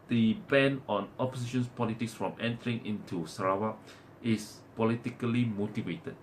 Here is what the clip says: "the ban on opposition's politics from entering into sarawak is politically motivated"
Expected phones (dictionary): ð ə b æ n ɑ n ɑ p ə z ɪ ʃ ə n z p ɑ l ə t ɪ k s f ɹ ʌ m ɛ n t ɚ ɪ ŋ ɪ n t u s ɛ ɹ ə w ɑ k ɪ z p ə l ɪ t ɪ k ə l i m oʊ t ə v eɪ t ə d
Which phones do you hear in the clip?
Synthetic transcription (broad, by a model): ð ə b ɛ n ɑ n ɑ p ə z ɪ ʃ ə n s p ɑ l ə t ɪ k s f ɹ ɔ m ɛ n t ɚ ɪ ŋ ɪ n t u s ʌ ɹ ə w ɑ ɪ s p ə l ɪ t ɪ k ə l i m oʊ t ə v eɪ t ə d